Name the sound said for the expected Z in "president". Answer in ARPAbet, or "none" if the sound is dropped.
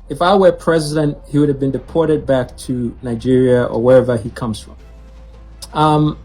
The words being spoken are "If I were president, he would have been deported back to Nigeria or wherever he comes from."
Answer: Z